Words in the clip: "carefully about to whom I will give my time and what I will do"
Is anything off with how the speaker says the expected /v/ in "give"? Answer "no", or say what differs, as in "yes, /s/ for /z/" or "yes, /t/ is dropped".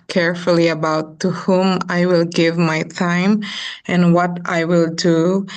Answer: no